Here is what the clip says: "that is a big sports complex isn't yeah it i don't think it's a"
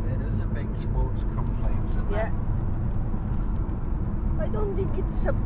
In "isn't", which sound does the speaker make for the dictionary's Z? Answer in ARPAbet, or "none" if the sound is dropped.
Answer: S